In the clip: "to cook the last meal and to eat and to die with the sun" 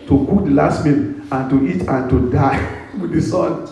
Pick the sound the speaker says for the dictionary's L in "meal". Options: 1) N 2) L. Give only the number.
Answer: 1